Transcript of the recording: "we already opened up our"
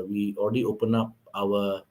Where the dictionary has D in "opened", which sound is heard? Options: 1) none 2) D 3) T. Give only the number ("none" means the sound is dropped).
1